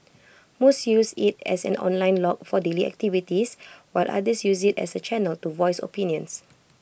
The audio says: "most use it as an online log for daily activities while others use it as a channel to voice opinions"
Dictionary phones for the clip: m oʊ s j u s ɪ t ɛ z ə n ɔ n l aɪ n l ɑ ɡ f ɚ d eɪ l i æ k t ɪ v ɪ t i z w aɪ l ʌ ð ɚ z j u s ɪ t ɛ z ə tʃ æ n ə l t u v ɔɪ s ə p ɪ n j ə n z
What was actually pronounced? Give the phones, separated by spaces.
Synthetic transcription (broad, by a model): m oʊ s j u s ɪ t ɛ s ə n ɔ n l aɪ n l ɑ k f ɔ d eɪ l i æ k t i v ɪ t i s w aɪ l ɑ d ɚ s j u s ɪ t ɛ s ə tʃ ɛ n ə l t u v ɔɪ s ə p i n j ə n s